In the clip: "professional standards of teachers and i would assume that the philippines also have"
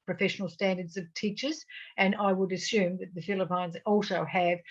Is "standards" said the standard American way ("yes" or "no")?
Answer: yes